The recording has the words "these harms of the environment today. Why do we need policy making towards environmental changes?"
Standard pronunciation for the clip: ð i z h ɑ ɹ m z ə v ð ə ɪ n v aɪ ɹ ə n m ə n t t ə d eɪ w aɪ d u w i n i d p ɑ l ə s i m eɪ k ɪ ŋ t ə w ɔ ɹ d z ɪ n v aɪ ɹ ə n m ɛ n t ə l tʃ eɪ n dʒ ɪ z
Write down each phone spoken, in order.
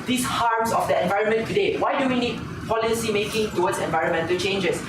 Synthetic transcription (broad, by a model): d i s h ɑ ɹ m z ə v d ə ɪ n v aɪ ɹ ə n m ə n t t ə d eɪ w aɪ d u w i n i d p ɑ l ə s i m eɪ k ɪ ŋ t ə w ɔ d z ɪ n v aɪ ɹ ə n m ɛ n t ə l tʃ eɪ n dʒ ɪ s